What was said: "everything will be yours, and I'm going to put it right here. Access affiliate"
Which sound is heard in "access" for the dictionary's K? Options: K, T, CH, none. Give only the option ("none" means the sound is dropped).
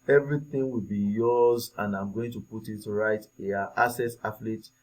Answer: none